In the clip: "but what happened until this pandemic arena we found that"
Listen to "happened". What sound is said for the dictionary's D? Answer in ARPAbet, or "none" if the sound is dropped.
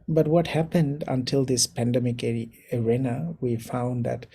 D